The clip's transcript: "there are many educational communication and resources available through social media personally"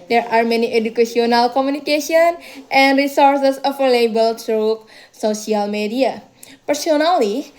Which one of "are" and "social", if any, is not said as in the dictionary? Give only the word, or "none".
social